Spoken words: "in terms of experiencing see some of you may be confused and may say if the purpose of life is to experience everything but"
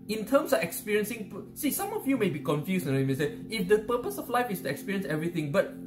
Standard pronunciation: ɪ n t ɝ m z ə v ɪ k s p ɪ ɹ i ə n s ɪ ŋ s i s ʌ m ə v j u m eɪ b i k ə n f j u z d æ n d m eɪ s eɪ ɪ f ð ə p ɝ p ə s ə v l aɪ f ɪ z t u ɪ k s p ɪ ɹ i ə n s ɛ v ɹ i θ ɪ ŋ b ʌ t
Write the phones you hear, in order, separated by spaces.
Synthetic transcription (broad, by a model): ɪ n t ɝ m s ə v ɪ k s p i ɹ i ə n s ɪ ŋ s i s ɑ m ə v j u m eɪ b i k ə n f j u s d m eɪ s eɪ ɪ f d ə p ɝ p ə s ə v l aɪ f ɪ s t u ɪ k s p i ɹ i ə n s ɛ v ɹ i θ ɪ ŋ b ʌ t